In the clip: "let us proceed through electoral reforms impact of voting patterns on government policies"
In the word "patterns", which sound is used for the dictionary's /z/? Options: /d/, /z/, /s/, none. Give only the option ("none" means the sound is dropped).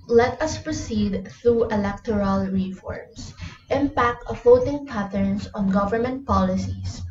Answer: /s/